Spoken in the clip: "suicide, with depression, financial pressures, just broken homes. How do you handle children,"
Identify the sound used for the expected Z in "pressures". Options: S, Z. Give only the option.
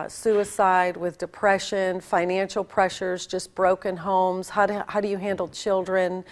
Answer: Z